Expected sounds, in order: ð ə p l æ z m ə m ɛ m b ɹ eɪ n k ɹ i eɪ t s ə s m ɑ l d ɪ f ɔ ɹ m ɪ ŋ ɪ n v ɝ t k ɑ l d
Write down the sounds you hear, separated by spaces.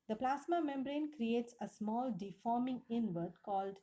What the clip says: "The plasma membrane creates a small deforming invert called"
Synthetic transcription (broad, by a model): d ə p l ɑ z m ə m ɛ m b ɹ eɪ n k ɹ i eɪ t s ə s m ɑ l d ɪ f ɔ ɹ m ɪ ŋ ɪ n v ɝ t k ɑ l d